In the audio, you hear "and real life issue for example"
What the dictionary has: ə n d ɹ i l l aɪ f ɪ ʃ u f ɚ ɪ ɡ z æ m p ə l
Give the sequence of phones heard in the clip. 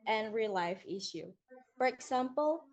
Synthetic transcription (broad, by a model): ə n ɹ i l l aɪ f ɪ ʃ u f ɚ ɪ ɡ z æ m p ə l